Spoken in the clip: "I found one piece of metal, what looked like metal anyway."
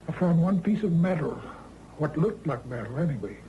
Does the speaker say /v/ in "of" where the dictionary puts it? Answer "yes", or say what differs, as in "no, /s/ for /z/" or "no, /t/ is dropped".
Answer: yes